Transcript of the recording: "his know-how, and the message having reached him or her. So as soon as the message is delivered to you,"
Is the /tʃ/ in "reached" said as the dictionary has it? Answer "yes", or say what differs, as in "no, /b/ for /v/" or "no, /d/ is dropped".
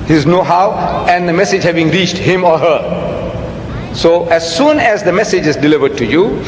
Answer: yes